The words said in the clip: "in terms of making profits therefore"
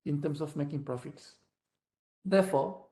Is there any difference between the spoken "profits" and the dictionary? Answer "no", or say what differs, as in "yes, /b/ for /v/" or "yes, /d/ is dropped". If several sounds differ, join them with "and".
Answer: no